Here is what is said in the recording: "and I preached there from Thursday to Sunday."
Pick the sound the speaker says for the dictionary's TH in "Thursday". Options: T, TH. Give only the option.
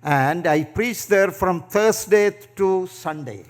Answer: T